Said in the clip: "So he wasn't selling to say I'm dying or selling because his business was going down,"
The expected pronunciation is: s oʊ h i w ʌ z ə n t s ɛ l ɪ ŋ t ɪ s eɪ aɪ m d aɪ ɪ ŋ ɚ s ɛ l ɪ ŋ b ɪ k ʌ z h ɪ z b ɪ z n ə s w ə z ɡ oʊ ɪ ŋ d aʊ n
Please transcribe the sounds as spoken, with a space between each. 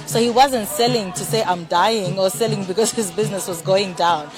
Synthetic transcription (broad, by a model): s oʊ h i w ʌ z ə n t s ɛ l ɪ ŋ t ɪ s eɪ aɪ m d aɪ ɪ ŋ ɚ s ɛ l ɪ ŋ b ɪ k ʌ z h ɪ z b ɪ z n ə s w ə z ɡ oʊ ɪ ŋ d aʊ n